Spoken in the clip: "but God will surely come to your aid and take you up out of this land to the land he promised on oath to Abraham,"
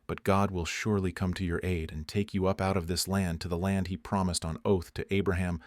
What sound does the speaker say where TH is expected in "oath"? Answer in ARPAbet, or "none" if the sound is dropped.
TH